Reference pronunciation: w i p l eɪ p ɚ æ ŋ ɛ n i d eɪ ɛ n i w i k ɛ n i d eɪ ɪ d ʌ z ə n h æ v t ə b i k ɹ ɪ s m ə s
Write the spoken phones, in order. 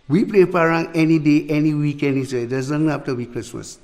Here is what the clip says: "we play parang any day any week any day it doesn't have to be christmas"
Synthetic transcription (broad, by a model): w i p l eɪ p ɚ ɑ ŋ ɛ n i d eɪ ɛ n i w i k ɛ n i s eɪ ɪ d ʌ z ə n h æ f t ə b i k ɹ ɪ s m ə s